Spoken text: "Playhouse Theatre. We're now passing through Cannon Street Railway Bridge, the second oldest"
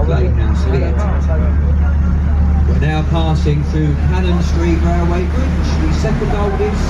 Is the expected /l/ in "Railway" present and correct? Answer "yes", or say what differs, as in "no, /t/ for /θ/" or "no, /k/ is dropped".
no, /l/ is dropped